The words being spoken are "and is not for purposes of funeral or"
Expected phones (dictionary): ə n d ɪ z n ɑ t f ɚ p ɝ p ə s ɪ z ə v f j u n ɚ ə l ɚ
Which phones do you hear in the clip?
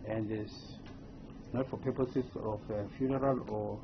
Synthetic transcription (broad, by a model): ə n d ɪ s n ɑ t f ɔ p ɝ p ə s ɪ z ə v f j u n ɚ ə l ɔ